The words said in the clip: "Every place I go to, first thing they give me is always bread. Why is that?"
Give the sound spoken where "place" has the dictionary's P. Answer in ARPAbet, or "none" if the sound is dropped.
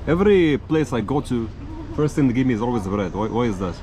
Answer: P